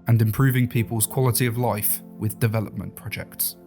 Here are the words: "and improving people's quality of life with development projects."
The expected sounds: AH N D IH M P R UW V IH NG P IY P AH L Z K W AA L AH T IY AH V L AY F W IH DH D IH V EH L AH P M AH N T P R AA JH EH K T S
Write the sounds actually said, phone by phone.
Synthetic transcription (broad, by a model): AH N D IH M P R UW V IH NG P IY P AH L Z K W AA L AH T IY AH V L AY F W IH DH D IH V EH L AH P M AH N P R AA JH EH K T S